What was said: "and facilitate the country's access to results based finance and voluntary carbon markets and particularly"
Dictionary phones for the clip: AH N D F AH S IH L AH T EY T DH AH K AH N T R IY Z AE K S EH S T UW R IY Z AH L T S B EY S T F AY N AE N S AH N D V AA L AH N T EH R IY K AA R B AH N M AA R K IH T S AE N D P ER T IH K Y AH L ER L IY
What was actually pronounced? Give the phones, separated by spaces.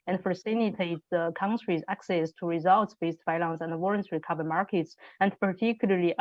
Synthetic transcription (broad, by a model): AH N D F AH S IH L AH T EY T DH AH K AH N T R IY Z AE K S EH S T UW R IY Z AH L T S B EY S T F AY L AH N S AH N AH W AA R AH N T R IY K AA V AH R M AA R K IH T S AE N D P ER T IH K Y L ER L IY